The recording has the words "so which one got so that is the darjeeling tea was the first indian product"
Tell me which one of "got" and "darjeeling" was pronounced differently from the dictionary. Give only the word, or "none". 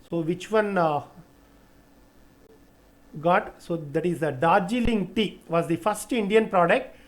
none